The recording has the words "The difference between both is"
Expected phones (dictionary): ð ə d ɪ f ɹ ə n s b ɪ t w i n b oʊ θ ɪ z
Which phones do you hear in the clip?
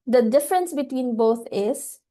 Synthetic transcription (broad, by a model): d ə d ɪ f ɹ ə n s b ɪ t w i n b oʊ t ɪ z